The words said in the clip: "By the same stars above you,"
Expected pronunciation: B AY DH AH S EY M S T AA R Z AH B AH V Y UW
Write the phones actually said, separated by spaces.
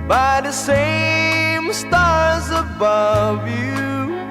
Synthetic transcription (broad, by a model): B AY DH AH S EY M S T AA R Z AH B AH V Y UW